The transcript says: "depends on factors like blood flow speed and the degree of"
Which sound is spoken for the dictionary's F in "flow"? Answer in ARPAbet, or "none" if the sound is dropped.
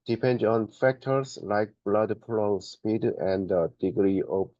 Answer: P